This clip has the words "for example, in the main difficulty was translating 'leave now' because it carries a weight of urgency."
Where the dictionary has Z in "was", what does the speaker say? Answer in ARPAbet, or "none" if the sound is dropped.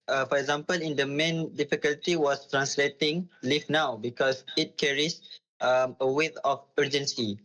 S